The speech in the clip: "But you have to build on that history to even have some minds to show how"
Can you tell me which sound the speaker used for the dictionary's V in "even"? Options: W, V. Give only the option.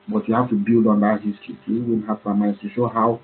W